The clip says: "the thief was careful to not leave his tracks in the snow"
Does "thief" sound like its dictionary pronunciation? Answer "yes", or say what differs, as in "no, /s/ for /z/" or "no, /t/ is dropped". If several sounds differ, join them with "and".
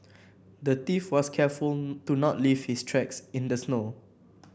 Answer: no, /t/ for /θ/